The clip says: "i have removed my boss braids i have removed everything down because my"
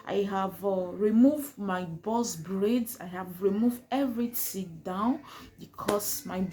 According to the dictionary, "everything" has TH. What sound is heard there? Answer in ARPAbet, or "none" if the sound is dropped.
T